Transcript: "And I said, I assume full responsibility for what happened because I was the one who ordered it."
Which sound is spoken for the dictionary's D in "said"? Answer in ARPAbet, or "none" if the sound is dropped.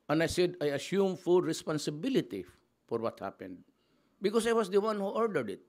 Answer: D